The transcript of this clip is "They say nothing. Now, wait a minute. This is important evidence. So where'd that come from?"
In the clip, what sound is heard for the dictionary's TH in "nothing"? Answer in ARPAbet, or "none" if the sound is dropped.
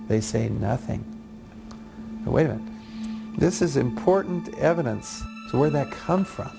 TH